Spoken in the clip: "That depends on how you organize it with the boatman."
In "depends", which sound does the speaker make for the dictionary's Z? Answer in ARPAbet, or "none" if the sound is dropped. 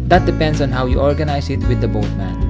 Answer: S